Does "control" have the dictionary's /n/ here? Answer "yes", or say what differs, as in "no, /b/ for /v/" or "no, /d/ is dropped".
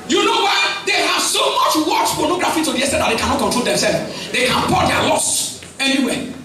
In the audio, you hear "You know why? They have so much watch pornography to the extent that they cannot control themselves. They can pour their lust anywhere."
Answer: no, /n/ is dropped